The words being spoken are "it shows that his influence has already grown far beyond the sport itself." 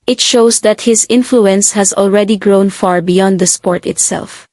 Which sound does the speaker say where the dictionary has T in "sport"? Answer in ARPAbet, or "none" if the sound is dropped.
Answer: T